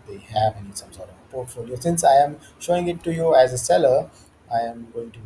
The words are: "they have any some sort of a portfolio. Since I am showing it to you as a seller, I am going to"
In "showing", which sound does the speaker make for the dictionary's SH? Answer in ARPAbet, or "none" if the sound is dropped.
SH